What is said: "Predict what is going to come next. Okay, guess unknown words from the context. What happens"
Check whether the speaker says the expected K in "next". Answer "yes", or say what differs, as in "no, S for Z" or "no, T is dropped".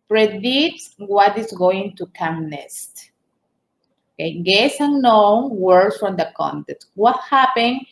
no, K is dropped